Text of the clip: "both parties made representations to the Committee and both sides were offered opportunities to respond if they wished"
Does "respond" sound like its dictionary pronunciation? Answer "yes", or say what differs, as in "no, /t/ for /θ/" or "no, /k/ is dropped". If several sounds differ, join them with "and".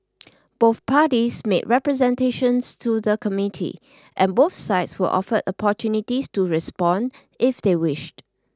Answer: yes